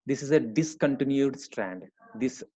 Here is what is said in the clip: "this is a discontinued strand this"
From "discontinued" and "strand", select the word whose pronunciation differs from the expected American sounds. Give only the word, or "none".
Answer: none